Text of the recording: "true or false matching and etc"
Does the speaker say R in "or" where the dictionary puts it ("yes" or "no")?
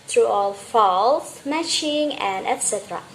no